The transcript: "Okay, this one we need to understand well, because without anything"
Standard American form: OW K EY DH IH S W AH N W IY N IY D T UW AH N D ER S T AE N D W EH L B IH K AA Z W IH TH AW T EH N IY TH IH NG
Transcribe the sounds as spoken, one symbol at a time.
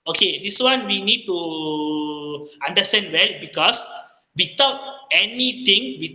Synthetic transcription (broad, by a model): OW K EY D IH S W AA N W IY N IY D T UW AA N D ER S T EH N D W EH L B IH K AA S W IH T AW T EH N IY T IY NG